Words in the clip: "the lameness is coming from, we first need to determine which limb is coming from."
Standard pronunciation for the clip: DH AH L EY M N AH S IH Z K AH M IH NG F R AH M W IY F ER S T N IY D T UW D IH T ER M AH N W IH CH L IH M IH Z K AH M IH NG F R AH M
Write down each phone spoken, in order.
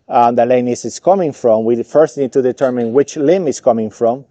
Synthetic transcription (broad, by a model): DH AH L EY N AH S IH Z K AH M IH NG F R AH M W IY F ER S T N IY D T UW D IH T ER M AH N W IH CH L IH M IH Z K AH M IH NG F R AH M